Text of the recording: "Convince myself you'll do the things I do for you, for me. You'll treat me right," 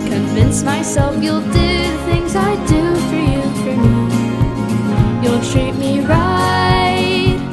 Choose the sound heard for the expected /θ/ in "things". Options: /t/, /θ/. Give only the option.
/θ/